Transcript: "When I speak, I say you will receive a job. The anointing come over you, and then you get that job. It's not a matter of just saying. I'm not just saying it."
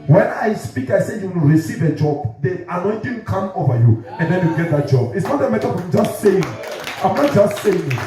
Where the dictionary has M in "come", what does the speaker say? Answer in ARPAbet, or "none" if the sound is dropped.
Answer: M